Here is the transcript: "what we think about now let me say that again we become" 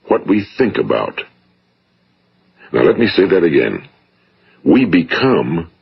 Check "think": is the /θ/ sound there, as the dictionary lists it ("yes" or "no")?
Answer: yes